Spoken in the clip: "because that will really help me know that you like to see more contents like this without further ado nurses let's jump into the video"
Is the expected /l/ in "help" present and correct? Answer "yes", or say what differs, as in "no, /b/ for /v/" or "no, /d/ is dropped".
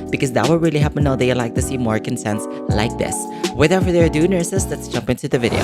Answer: no, /l/ is dropped